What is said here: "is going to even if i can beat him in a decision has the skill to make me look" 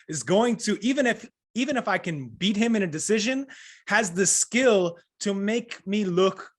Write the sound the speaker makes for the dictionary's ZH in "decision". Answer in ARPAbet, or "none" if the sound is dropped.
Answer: ZH